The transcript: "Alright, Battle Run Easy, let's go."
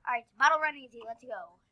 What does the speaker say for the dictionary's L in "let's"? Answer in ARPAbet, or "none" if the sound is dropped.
L